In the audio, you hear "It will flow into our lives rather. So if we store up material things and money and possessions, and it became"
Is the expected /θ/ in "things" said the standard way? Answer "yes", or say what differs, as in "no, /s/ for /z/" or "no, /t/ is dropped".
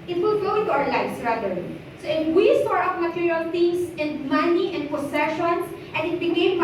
no, /t/ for /θ/